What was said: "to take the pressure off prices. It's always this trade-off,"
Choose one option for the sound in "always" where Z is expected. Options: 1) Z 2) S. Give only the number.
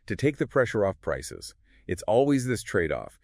1